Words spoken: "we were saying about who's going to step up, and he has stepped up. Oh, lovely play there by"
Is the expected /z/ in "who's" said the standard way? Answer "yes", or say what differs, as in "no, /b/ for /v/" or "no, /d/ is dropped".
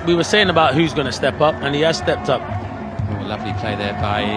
yes